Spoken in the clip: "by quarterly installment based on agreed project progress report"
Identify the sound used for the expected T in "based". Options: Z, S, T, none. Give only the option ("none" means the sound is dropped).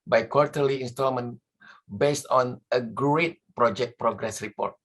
T